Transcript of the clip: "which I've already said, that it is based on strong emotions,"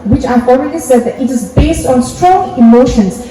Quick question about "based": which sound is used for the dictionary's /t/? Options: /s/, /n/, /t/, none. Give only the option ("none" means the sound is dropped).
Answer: /t/